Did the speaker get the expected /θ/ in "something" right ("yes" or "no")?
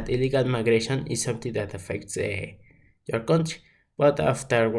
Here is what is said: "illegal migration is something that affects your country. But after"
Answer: no